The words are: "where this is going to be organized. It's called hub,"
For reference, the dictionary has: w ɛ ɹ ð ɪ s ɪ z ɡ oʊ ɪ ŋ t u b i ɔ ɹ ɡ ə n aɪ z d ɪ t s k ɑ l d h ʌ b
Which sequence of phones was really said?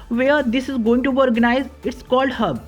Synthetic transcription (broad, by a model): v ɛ ɹ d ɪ s ɪ z ɡ oʊ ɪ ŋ t u b i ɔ ɹ ɡ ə n aɪ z ɪ t s k ɑ l d h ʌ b